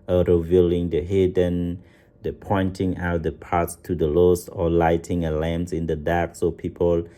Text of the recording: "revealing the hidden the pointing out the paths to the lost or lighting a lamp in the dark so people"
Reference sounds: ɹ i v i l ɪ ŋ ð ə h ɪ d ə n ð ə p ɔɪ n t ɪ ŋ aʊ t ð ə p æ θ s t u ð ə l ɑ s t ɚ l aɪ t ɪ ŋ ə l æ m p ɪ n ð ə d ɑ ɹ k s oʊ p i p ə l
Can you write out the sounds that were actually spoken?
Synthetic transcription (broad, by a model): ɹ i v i l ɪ ŋ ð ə h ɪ d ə n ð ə p ɔɪ n t ɪ ŋ aʊ t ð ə p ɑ t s t u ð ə l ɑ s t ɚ l aɪ t ɪ ŋ ə l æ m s ɪ n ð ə d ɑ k s oʊ p i p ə l